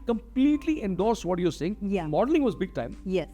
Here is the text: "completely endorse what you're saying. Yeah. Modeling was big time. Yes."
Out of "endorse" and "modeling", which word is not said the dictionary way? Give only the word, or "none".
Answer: none